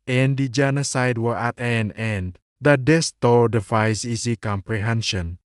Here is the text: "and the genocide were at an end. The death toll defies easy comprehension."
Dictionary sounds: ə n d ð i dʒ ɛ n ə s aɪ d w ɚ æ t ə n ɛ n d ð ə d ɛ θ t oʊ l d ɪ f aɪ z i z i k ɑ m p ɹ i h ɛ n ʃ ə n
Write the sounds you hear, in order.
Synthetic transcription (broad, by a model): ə n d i dʒ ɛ n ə s aɪ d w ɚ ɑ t ə n ɛ n d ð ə d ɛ s t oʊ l d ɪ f aɪ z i s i k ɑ m p ɹ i h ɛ n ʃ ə n